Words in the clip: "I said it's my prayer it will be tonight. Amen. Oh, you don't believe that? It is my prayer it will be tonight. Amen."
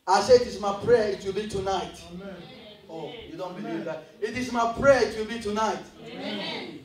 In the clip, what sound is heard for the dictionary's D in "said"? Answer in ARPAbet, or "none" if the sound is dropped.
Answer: none